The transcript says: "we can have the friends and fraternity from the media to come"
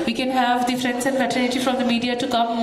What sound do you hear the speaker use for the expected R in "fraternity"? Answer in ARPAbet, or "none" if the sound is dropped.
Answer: none